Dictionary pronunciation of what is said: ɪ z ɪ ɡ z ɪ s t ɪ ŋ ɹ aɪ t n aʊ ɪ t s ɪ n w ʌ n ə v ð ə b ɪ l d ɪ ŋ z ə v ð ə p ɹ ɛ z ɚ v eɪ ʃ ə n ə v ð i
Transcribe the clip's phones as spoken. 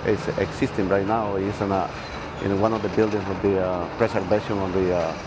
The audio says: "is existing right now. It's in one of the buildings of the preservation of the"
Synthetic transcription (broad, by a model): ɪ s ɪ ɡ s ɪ s t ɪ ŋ ɹ aɪ t n aʊ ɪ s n ɪ n w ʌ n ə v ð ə b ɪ l d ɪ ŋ s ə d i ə p ɹ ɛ s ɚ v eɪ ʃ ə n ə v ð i